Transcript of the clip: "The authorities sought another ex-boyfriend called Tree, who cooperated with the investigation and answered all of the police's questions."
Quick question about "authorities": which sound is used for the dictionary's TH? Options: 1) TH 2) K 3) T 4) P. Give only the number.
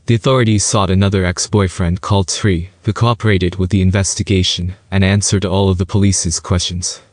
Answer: 1